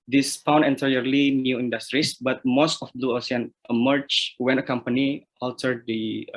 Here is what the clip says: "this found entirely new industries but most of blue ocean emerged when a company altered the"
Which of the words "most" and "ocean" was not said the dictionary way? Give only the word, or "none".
ocean